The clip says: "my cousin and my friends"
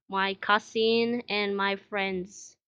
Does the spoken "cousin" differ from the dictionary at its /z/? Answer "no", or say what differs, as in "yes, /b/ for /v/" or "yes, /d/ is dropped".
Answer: yes, /s/ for /z/